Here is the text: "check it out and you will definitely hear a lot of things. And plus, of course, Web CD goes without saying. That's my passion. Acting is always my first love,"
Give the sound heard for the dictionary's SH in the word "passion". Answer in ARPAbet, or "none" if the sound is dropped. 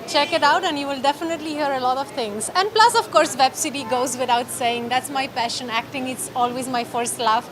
SH